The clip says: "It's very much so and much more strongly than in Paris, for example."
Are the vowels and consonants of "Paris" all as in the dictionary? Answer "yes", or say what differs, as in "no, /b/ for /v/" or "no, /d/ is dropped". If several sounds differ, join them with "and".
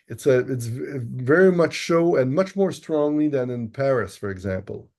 yes